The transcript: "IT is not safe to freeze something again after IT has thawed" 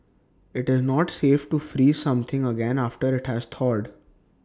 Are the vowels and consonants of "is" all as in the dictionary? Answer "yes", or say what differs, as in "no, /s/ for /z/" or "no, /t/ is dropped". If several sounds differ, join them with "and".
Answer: yes